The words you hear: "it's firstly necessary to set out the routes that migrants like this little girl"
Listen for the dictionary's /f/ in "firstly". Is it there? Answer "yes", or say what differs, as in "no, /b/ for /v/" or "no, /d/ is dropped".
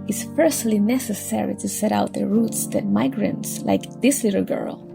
no, /p/ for /f/